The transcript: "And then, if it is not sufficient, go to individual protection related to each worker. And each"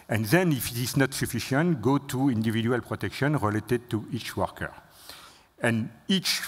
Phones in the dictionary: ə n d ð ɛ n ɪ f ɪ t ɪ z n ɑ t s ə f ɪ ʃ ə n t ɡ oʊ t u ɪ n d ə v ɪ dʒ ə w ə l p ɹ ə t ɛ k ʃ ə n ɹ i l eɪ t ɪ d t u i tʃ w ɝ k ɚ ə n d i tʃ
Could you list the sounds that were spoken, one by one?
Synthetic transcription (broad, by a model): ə n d ð ɛ n ɪ f ɪ t ɪ z n ɑ t s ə f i ʃ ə n t ɡ oʊ t u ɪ n d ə v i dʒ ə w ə l p ɹ ə t ɛ k ʃ ə n ɹ i l eɪ t ɪ d t u i tʃ w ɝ k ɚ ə n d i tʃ